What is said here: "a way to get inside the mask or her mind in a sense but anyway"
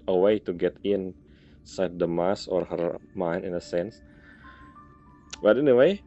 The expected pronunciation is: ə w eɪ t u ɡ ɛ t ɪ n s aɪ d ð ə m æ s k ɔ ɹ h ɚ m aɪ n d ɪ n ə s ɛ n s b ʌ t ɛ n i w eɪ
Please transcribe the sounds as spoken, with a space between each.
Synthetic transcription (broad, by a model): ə w eɪ t u ɡ ɛ t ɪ n s aɪ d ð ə m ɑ s ɔ ɹ h ɚ m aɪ n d ɪ n ə s ɛ n s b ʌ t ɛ n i w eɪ